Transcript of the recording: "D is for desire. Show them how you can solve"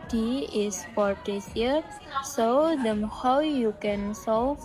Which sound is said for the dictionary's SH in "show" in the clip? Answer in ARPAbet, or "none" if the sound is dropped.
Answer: S